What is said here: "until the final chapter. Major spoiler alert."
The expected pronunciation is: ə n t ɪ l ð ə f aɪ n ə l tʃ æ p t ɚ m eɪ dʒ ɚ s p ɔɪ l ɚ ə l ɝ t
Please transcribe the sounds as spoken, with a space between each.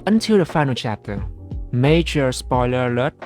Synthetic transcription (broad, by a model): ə n t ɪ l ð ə f aɪ n ə l tʃ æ p t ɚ m eɪ dʒ ɚ s p ɔɪ l ɚ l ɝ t